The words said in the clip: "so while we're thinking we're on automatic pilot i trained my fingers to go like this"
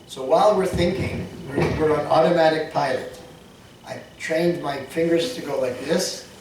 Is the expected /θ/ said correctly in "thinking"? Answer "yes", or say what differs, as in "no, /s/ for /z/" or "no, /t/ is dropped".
yes